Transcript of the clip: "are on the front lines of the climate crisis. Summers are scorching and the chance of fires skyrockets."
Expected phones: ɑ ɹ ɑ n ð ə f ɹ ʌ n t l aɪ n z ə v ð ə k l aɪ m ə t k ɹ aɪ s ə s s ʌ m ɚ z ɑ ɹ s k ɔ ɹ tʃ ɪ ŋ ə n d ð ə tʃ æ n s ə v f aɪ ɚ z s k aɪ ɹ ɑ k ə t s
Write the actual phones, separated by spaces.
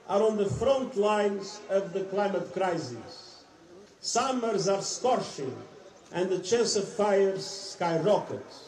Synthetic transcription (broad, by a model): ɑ ɹ ɑ n ð ə f ɹ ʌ n t l aɪ n z ə v ð ə k l aɪ m ə t k ɹ aɪ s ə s s ʌ m ɚ z ɑ ɹ s k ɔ ɹ ʃ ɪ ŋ ə n d ð ə tʃ æ n s ə v f aɪ ɚ z s k aɪ ɹ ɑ k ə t